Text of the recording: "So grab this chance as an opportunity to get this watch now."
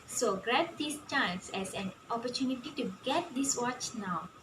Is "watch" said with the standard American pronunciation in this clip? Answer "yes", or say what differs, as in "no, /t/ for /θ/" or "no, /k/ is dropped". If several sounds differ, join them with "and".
yes